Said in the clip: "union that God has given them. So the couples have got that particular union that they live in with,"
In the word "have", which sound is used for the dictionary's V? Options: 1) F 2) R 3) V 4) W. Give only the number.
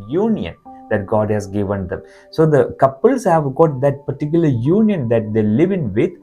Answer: 3